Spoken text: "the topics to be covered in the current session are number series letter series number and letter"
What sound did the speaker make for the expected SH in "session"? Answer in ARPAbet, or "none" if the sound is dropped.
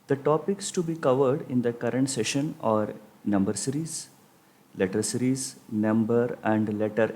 SH